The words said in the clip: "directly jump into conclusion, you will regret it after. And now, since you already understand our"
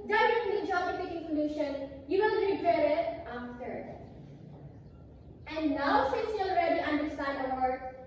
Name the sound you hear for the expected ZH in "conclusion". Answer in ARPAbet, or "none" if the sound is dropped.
SH